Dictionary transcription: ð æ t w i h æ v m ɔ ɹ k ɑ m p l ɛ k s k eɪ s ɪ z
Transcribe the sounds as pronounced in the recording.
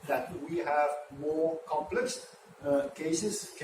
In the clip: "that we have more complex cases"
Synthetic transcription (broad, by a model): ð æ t w i h æ v m ɔ ɹ k ɑ m p l ɛ k s k eɪ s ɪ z